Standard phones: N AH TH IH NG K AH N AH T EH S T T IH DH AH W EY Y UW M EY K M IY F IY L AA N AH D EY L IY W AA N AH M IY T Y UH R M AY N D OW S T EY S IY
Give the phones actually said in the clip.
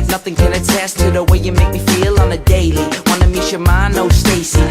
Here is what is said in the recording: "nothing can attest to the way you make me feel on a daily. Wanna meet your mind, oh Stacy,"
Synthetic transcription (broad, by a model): N AH TH IH NG K AH N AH T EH S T T IH DH AH W EY Y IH M EY K M IY F IY L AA N AH D EY L IY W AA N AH M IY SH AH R M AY N OW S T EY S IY